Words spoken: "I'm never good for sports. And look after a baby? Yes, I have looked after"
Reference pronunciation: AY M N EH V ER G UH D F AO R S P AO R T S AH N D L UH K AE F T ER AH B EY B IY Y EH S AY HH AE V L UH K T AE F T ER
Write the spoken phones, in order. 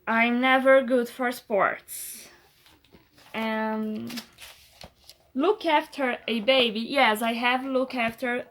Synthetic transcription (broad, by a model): AY M N EH V ER G UH D F AO R S P AO R T S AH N L UH K AE F T ER AH B EY B IY Y EH S AY HH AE V L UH K AE F T ER